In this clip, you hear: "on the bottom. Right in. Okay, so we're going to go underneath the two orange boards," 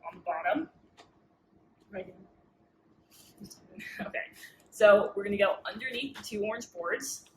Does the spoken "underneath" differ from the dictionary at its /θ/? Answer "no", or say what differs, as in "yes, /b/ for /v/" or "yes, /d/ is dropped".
no